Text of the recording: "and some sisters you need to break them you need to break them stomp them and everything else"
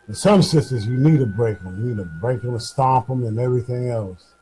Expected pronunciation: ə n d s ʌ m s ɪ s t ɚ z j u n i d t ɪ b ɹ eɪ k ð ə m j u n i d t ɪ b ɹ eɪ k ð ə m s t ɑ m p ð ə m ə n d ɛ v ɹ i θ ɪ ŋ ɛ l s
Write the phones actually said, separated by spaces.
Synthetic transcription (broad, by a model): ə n s ʌ m s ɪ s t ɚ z j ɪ n i d t ɪ b ɹ eɪ k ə m j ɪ n i d t ɪ b ɹ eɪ k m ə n s t ɑ p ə m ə n ɛ v ɹ i θ ɪ ŋ ɛ l s